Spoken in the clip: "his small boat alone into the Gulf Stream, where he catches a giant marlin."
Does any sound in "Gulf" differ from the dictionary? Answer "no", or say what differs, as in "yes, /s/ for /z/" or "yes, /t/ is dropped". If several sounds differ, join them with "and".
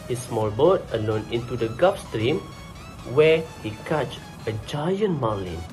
yes, /l/ is dropped